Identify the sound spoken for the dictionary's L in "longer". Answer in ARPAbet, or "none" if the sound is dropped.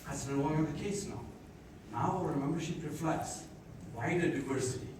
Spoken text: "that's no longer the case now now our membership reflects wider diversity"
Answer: N